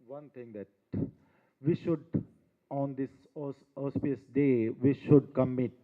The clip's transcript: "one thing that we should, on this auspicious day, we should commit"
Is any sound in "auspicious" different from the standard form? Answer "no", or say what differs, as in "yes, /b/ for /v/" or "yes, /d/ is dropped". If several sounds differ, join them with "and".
yes, /ʃ/ is dropped